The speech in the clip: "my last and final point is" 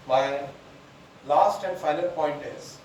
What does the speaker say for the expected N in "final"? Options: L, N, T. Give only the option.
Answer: L